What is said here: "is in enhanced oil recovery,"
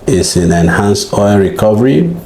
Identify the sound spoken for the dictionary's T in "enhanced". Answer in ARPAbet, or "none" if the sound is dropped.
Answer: none